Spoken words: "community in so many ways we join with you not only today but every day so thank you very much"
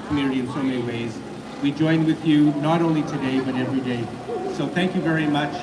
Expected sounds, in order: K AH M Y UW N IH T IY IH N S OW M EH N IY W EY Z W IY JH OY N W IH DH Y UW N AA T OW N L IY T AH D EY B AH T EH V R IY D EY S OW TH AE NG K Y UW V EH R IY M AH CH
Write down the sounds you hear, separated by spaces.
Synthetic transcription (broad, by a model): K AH M Y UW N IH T IY IH N S OW M EH N IY W EY Z W IY JH OY N W IH DH Y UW N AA T OW N L IY T AH D EY B AH T EH V R IY D EY S OW TH AE NG K Y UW V EH R IY M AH CH